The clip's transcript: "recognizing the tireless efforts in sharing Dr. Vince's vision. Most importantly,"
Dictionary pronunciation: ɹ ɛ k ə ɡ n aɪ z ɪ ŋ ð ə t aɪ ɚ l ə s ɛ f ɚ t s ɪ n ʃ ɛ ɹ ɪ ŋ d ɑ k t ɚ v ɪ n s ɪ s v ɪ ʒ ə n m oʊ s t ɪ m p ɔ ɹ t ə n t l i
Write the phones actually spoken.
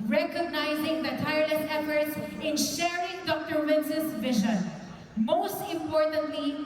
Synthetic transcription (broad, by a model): ɹ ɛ k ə ɡ n aɪ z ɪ ŋ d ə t aɪ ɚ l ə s ɛ f ɚ t s ɪ n ʃ ɛ ɹ ɪ ŋ d ɑ k t ɚ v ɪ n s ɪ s v ɪ ʒ ə n m oʊ s t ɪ m p ɔ ɹ t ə n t l i